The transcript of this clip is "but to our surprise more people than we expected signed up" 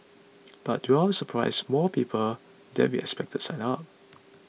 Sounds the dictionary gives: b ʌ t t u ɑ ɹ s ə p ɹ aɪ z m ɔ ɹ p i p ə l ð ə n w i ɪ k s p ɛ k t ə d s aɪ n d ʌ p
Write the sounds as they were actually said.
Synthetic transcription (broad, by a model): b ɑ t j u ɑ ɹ s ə p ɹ aɪ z m ɔ p i p ə l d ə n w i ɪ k s p ɛ k t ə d s aɪ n ɑ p